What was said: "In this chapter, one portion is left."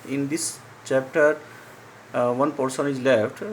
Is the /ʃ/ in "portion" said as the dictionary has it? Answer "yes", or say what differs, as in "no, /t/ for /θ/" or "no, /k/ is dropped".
no, /s/ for /ʃ/